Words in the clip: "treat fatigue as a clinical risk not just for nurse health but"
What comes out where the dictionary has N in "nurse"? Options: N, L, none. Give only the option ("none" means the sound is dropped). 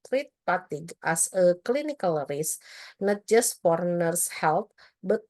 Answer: N